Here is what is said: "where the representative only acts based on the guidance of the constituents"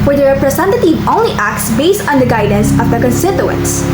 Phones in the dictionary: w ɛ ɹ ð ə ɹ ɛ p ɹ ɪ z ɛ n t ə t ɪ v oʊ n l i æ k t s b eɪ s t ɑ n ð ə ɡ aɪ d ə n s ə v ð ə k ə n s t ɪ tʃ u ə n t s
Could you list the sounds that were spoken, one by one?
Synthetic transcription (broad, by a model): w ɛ ɹ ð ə ɹ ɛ p ɹ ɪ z ɛ n t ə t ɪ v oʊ n l i æ k t s b eɪ s t ɑ n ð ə ɡ aɪ d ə n s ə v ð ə k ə n s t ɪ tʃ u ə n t s